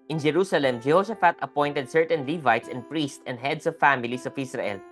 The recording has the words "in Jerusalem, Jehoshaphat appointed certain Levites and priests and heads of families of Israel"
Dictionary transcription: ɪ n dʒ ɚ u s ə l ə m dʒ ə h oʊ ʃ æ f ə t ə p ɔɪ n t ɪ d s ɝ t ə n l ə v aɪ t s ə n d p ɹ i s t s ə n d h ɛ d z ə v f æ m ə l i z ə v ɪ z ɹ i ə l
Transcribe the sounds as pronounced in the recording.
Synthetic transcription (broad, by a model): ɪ n dʒ ɚ u s ə l ə m dʒ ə h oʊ s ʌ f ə t ə p ɔɪ n t ɪ d s ɝ t ə n l ə v aɪ t s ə n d p ɹ i s t s ə n d h ɛ d s ə v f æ m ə l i s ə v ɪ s ɹ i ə l